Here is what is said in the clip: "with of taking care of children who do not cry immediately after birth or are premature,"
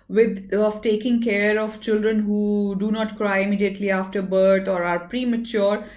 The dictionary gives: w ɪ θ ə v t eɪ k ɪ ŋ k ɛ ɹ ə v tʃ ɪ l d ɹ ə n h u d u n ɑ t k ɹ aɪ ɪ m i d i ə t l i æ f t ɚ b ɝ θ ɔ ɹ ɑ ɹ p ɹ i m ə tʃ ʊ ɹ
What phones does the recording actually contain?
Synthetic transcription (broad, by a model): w ɪ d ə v t eɪ k ɪ ŋ k ɛ ɹ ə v tʃ ɪ l d ɹ ə n h u d u n ɑ t k ɹ aɪ ɪ m i d i ə t l i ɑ f t ɚ b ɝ t ɔ ɹ ɑ ɹ p ɹ i m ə tʃ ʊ ɹ